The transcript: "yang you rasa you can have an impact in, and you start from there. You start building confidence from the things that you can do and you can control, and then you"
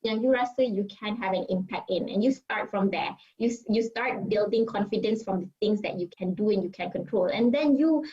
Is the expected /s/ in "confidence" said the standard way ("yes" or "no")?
yes